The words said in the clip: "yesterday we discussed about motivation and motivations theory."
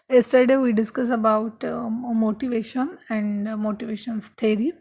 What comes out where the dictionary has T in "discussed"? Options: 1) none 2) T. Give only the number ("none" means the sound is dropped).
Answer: 1